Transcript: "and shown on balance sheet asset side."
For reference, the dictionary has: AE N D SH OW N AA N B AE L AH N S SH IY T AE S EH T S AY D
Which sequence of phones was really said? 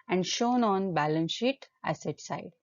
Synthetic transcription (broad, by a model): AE N D SH OW N AA N B AE L AH N S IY T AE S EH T S AY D